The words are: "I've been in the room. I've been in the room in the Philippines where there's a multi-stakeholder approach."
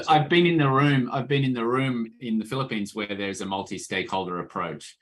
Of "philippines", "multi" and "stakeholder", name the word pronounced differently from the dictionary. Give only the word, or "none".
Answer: none